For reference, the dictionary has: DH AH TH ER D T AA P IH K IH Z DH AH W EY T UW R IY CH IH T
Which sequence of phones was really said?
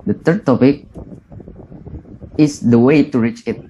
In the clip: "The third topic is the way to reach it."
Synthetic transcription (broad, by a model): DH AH T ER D T AA P IH K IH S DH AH W EY T UW R IY CH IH T